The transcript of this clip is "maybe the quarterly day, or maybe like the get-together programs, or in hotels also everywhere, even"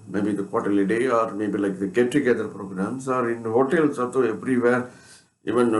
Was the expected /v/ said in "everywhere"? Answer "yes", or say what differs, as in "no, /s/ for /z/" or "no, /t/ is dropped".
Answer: no, /p/ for /v/